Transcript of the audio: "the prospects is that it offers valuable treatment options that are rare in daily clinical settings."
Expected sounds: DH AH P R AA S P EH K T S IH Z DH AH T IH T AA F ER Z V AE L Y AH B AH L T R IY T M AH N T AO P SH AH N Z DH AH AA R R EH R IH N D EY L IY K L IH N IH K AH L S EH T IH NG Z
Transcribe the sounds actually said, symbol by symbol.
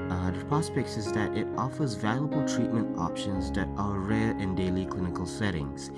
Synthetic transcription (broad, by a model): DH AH P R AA S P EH K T S IH Z DH AH T IH T AA F ER Z V AE L Y AH B AH L T R IY T M AH N T AO P SH AH N Z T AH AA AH R EH R IH N D EY L IY K L IH N IH K AH L S EH T IH NG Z